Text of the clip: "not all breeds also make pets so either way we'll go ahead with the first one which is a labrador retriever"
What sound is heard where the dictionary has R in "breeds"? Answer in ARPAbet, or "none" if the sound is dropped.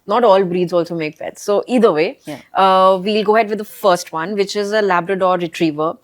R